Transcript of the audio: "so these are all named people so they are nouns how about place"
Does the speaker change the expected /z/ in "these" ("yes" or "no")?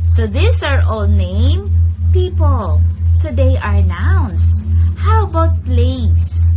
yes